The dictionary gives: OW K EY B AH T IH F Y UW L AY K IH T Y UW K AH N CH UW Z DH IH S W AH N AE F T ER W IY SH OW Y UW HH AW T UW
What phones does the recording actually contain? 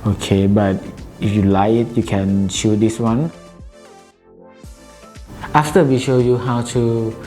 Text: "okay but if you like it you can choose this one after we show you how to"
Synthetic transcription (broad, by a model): OW K EY B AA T IH F Y UW L AY IH T Y UW K AH N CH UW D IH S W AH N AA F T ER W IY SH OW Y UW HH AW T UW